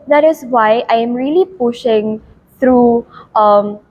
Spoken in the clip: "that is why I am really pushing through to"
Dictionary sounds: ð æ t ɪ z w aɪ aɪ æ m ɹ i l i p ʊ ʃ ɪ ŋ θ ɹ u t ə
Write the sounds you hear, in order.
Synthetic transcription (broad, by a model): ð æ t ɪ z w aɪ aɪ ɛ m ɹ i l i p ʊ ʃ ɪ ŋ t ɹ u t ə